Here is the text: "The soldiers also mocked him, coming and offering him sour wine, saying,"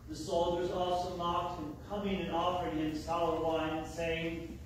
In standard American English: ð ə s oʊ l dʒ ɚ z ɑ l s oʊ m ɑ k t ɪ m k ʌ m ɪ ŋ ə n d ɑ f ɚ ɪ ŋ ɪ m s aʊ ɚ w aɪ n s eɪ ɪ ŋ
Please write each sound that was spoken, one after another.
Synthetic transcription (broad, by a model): ð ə s oʊ l dʒ ɚ z ɑ l s oʊ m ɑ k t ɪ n k ʌ m ɪ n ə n ɑ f ɚ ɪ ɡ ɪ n s aʊ ɚ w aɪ n s eɪ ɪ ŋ